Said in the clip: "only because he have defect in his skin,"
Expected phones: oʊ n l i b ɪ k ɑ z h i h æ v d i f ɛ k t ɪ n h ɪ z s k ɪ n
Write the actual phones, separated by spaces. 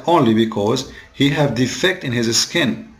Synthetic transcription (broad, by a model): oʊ n l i b ɪ k ɑ z h i h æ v d i f ɛ k t ɪ n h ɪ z s k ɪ n